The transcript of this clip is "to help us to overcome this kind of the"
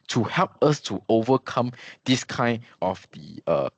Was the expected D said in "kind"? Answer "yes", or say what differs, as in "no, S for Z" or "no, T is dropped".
no, D is dropped